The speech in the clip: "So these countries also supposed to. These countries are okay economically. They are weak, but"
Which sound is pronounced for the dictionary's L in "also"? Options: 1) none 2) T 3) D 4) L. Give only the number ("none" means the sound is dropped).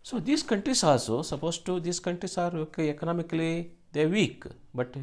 1